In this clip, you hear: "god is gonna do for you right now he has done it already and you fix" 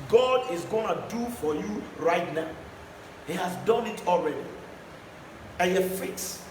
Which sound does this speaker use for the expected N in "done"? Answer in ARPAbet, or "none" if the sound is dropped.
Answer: N